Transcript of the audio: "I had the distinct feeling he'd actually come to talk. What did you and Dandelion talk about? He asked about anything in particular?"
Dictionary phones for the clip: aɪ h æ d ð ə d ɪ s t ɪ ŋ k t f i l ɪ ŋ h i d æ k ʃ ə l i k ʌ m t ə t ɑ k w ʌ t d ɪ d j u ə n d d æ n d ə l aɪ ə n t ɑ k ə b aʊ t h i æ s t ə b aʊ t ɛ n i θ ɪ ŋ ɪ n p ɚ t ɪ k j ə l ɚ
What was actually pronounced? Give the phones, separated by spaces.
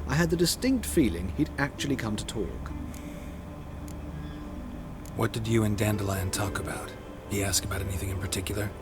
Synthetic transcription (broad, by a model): aɪ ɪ d ð ə d ɪ s t ɪ ŋ k t f i l ɪ ŋ i d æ k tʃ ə l i k ʌ m t ə t ɑ k w ʌ t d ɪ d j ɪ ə n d d æ n d ə l aɪ ə n t ɑ k ə b aʊ t h i æ s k ə b aʊ t ɛ n i θ ɪ ŋ ɪ n p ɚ t ɪ k j l ɚ